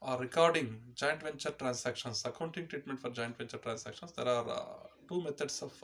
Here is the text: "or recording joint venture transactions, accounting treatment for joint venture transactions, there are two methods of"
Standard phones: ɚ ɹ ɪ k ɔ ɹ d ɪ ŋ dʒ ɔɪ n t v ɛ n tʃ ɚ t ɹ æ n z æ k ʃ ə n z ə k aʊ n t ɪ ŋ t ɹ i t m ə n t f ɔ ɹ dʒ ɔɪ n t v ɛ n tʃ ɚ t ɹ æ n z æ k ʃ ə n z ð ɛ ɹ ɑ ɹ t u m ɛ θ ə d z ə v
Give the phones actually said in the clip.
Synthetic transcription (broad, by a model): ɹ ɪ k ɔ ɹ d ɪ ŋ dʒ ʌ n t v ɛ n tʃ ɚ t ɹ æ n s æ k ʃ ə n s ə k aʊ n t ɪ ŋ t ɹ i t m ə n t f ɔ ɹ dʒ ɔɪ n t v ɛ n tʃ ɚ t ɹ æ n s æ k ʃ ə n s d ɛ ɹ ɑ ɹ t u m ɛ t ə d s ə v